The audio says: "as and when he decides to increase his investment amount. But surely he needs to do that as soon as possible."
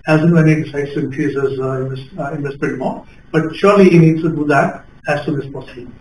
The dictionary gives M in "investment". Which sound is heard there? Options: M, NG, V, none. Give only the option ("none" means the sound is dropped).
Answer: none